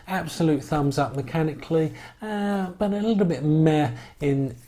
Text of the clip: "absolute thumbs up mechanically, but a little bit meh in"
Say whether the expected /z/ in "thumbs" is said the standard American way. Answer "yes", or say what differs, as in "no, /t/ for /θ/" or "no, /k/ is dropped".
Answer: yes